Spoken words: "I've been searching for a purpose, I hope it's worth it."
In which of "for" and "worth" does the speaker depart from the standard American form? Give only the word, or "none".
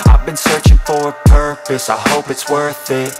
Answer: none